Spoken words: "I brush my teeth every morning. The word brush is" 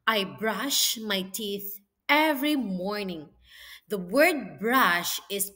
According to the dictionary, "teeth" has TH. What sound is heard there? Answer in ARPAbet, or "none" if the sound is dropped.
TH